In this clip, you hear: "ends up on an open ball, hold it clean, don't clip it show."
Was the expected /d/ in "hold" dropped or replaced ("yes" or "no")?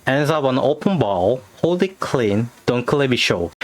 yes